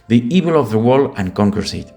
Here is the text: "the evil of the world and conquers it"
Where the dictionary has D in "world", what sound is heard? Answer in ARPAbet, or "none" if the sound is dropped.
none